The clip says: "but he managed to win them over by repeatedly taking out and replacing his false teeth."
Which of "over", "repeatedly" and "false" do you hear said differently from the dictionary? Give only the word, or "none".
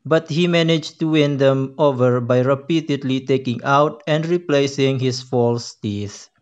none